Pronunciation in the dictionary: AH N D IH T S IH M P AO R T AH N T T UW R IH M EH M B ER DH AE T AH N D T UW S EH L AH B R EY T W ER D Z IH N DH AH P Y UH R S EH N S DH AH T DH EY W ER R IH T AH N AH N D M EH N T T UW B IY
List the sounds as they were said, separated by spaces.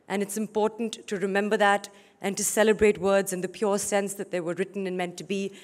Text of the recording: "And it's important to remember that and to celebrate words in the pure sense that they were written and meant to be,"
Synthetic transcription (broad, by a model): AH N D IH T S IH M P AO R T N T T UW R IH M EH M B ER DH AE T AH N T UW S EH L AH B R EY T W ER D Z IH N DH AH P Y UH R S EH N S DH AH T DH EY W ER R IH T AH N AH N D M EH N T T UW B IY